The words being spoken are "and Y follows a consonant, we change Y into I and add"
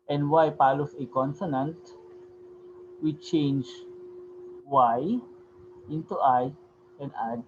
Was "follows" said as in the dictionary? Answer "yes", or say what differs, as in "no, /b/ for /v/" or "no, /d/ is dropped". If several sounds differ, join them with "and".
no, /p/ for /f/